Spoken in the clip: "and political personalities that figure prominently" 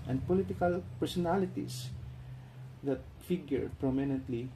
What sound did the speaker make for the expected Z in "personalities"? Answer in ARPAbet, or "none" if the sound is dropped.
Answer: S